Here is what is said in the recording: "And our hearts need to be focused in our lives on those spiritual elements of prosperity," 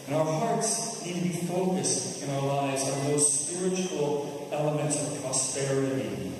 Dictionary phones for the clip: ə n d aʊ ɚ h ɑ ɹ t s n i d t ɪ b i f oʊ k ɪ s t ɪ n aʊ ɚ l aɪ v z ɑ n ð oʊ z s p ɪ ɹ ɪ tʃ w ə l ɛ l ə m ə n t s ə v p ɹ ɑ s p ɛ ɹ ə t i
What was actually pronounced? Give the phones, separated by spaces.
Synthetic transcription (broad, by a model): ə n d aʊ ɚ h ɑ ɹ t s n i d t ɪ b i f oʊ k ɪ s t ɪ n aʊ ɚ l aɪ v z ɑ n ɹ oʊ s p ɪ ɹ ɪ tʃ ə l ɛ l ə m ə n t s ə v p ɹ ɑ s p ɛ ɹ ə t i